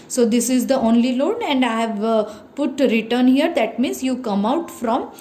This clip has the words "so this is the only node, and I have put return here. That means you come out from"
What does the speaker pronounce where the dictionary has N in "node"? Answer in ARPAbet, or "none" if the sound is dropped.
L